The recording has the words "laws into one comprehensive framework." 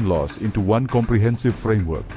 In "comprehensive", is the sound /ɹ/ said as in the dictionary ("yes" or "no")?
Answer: yes